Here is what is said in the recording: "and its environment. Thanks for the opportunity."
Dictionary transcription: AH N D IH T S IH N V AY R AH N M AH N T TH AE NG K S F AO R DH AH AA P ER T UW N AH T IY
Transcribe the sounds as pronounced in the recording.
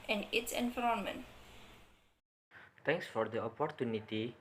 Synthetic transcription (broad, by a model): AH N IH T S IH N F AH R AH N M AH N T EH NG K S F AO R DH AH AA P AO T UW N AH T IY